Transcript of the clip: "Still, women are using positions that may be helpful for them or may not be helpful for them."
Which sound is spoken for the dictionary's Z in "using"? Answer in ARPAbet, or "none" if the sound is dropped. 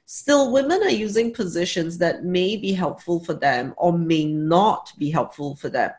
Z